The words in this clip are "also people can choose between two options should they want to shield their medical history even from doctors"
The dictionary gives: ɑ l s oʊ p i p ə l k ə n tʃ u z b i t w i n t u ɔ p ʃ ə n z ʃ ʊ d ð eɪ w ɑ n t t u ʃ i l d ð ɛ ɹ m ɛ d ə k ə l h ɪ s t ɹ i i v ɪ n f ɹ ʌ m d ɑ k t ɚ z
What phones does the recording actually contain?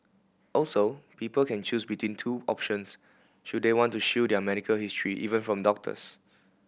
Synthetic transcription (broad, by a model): ɑ l s oʊ p i p ə l k ə n tʃ u s b i t w i n t u ɔ p ʃ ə n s ʃ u d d eɪ w ɑ n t t u ʃ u d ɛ m ɛ d ə k ə l h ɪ s t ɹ i i v ɪ n f ɹ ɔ m d ɑ k t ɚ s